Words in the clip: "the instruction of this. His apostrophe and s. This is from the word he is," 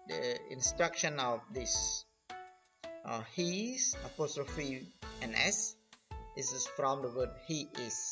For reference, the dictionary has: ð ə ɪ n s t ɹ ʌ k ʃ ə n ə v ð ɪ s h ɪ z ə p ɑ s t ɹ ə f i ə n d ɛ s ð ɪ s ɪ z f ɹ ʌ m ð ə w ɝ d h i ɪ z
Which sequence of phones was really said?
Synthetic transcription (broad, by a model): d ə ɪ n s t ɹ ʌ k ʃ ə n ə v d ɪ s h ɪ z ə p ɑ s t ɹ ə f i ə n ɛ s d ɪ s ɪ s f ɹ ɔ m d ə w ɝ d h i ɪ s